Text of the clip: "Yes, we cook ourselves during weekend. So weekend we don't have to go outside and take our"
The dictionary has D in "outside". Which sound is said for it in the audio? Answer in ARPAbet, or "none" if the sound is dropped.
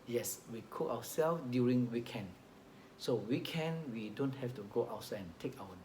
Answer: none